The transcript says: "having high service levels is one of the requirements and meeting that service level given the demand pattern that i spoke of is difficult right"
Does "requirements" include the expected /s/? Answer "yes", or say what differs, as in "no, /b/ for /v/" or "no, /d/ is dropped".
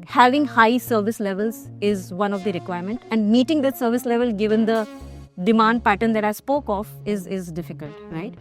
no, /s/ is dropped